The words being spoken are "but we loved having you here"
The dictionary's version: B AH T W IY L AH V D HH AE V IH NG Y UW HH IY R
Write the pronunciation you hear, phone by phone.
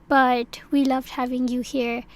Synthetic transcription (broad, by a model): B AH T W IY L AH V D HH AE V IH NG Y UW HH IY R